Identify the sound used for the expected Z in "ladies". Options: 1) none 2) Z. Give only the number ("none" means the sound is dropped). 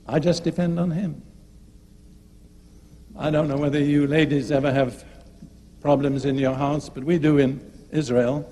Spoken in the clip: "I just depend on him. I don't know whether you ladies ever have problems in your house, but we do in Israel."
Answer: 2